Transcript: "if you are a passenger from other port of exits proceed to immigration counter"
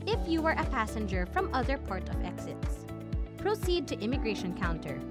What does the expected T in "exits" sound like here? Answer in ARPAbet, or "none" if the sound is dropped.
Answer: T